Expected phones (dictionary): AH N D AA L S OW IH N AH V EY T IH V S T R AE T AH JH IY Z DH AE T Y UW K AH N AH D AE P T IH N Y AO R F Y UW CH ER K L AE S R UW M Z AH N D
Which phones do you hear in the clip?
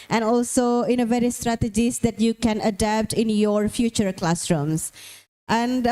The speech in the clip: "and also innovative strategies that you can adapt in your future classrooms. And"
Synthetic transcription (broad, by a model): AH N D AA L S OW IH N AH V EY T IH S T R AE T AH JH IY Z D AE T Y UW K AH N AH D AE P T IH N Y AO R F Y UW CH ER K L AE S R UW M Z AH N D